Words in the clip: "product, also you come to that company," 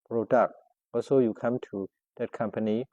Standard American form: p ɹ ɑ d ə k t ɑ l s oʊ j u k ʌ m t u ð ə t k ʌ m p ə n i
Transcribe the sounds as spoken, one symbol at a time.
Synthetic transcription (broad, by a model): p ɹ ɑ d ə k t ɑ s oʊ j u k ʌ m t u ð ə t k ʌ m p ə n i